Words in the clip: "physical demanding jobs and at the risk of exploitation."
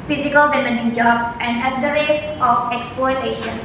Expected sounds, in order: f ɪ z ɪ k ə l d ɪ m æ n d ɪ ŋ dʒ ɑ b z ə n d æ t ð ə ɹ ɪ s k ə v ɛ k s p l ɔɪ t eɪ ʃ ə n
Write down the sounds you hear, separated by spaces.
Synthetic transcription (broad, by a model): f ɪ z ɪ k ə l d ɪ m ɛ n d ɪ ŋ dʒ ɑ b ə n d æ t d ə ɹ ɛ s ə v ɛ k s p l ɔɪ t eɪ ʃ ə n